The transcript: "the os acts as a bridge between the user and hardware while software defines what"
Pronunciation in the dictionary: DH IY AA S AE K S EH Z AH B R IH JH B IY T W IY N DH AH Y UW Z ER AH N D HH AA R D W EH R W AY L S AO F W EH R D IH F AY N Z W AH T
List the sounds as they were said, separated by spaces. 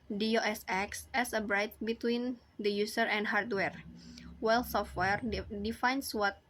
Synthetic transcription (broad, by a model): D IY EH S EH K S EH S AH B R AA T B IY T W IY N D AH Y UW S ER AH N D HH AA R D W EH R W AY L S AO F W EH R D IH F AY N S W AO T